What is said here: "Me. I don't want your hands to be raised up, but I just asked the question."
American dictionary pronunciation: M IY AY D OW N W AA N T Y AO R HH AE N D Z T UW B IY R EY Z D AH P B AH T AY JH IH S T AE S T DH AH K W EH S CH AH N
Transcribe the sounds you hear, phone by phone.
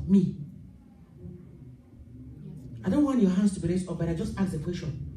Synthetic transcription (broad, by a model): M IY AY D OW N W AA N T Y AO HH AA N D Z T UW B IY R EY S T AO F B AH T AY JH IH S T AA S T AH K W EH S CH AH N